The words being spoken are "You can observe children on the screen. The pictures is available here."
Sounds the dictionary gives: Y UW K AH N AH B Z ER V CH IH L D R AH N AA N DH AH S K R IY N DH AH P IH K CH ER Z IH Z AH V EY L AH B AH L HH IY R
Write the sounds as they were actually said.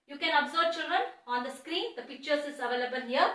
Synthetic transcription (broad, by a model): Y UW K AH N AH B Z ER B CH IH L D R AH N AA N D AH S K R IY N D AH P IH K CH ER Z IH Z AH V EY L AH B AH L HH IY R